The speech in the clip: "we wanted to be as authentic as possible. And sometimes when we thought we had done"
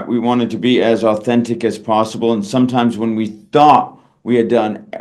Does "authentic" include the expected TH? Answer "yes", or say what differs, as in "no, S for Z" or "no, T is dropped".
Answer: yes